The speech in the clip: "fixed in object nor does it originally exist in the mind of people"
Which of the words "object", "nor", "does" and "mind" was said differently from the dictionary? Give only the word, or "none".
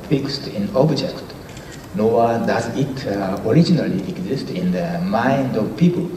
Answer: nor